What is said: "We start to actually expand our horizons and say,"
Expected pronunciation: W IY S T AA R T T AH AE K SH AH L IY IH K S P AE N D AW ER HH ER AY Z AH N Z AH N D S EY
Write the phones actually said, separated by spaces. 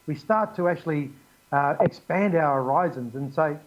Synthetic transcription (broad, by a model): W IY S T AA R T T AH AE K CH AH L IY IH K S P AE N D AW ER HH ER AY Z AH N Z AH N S EY